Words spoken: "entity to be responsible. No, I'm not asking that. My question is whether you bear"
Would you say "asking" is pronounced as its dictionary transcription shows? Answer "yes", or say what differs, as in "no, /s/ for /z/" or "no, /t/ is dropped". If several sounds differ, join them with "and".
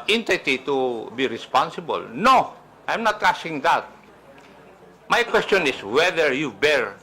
no, /k/ is dropped